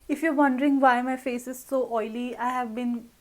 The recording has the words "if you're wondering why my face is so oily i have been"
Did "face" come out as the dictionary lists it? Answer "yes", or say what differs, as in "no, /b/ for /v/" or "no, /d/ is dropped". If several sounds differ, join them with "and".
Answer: yes